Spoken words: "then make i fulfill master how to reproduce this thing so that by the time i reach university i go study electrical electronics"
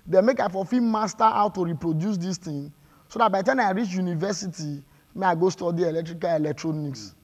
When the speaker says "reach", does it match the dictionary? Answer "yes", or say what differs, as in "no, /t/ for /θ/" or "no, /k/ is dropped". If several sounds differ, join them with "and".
yes